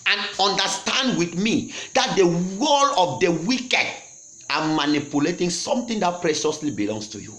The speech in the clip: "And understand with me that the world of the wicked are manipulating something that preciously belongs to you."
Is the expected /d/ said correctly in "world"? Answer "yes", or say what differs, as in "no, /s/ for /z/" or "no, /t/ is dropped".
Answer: no, /d/ is dropped